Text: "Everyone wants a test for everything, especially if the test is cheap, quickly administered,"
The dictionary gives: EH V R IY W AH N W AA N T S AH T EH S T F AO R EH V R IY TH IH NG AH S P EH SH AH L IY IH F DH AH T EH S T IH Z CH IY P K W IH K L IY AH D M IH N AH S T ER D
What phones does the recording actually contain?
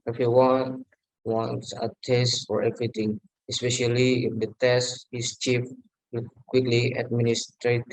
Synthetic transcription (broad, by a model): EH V R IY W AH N W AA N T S AH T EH S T F AO R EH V R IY T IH NG AH S P EH SH AH L IY IH F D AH T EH S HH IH S CH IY F K W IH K L IY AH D M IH N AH S T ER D